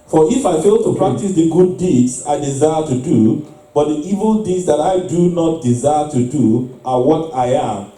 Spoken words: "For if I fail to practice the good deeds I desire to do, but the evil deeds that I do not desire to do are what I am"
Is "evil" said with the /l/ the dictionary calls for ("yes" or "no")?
yes